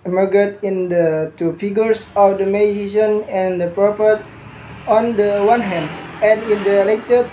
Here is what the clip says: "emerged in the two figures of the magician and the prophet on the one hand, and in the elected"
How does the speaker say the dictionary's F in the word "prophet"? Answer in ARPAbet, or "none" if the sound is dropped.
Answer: P